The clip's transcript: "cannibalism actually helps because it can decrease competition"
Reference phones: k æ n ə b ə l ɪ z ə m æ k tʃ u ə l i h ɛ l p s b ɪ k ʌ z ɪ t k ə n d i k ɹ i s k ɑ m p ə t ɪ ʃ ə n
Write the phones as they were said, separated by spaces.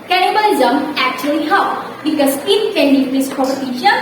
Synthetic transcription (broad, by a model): k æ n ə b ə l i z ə m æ k tʃ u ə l i h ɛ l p b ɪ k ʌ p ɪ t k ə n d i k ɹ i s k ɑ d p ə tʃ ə